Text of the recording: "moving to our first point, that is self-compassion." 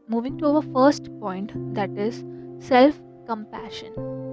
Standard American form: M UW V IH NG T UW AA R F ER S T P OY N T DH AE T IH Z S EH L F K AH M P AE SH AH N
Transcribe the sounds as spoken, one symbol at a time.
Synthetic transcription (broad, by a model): M UW V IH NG T UW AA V F ER S T P OY N T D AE T IH Z S EH L F K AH M P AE SH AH N